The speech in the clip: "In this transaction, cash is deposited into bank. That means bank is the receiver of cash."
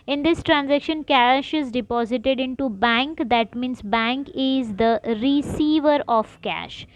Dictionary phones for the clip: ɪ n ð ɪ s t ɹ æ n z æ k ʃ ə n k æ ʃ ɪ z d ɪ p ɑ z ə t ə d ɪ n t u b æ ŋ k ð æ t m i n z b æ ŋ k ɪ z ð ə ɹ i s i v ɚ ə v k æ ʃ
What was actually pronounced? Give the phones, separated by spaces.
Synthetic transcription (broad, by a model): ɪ n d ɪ s t ɹ æ n z æ k ʃ ə n k æ ʃ ɪ z d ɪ p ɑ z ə t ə d ɪ n t u b æ ŋ k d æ t m i n s b æ ŋ k ɪ z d ə ɹ i s i v ɚ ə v k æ ʃ